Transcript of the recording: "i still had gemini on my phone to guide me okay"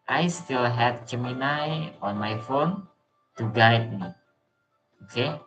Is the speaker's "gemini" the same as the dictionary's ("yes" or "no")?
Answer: no